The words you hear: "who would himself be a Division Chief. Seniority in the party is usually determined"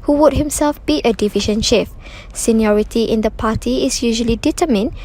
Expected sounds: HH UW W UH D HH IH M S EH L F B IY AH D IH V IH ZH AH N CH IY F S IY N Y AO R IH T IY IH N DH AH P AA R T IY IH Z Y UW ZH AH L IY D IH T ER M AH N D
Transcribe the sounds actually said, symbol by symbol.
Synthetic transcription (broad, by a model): HH UW W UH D HH IH M S EH L F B IY AH D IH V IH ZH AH N SH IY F S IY N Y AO R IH T IY IH N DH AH P AA T IY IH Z Y UW ZH AH L IY D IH T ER M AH N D